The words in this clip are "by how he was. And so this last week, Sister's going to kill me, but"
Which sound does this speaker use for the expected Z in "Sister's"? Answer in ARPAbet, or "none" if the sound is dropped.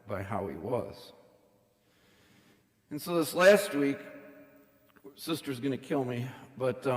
Z